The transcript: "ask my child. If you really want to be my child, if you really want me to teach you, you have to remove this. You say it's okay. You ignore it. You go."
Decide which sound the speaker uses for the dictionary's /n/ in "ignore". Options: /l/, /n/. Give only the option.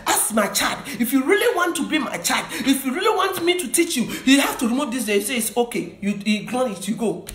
/l/